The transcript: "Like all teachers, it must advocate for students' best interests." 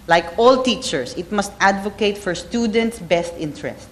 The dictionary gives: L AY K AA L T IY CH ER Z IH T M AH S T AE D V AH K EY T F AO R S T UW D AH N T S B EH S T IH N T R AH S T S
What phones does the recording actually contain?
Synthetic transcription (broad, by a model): L AY K AA L T IY CH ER S IH T M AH S T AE D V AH K EY T F AO R S T UW D AH N T S B EH S T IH N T R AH S T